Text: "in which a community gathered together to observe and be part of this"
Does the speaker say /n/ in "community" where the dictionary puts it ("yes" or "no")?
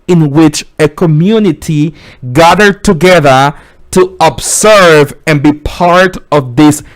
yes